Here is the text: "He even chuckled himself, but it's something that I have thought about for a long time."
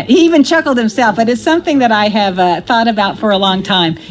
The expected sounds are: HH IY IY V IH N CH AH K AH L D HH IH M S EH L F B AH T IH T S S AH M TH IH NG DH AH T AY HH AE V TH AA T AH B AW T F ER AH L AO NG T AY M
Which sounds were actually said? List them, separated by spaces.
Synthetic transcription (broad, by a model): HH IY IY V IH N CH AH K L D HH IH M S EH L F B AH T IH T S S AH M TH IH NG DH AH T AY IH V TH AA T AH B AW T F ER AH L AO NG T AY M